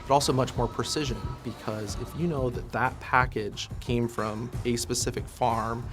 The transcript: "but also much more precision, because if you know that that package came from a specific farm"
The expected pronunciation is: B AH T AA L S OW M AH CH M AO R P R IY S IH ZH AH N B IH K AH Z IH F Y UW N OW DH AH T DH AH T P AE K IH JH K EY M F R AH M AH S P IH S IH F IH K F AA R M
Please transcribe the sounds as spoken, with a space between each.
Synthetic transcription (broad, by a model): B AH T AA L S OW M AH CH M AO R P R IY S IH ZH AH N B IH K AH Z IH F Y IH N OW DH AH T DH AH T P AE K IH JH K EY M F R AH M AH S P IH S IH F IH K F AA R M